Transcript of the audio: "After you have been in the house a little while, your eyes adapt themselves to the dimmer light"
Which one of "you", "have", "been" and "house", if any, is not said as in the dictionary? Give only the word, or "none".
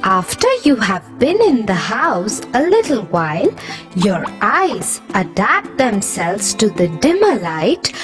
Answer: none